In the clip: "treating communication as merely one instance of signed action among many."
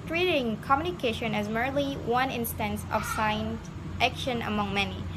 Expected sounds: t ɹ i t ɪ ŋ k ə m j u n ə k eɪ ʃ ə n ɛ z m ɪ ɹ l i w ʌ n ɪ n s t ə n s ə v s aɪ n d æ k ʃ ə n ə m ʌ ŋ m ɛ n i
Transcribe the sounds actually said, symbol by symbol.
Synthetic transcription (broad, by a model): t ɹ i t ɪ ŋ k ə m j u n ə k eɪ ʃ ə n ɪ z m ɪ ɹ l i w ʌ n ɪ n s t ə n s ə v s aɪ n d æ k ʃ ə n ə m ʌ ŋ m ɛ n i